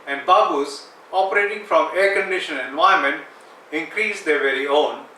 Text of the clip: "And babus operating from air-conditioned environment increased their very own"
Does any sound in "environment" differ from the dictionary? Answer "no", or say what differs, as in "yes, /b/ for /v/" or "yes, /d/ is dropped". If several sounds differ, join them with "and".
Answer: yes, /ɹ/ is dropped